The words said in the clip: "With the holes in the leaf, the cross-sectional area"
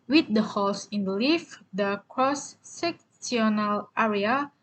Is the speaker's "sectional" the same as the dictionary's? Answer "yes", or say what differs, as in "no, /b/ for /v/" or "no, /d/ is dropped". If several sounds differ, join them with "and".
no, /s/ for /ʃ/